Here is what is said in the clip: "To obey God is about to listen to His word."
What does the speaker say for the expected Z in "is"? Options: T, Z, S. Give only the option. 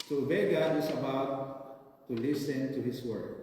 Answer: S